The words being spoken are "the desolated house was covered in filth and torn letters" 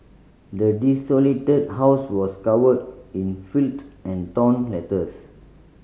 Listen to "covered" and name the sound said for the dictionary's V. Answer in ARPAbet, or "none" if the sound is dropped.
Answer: W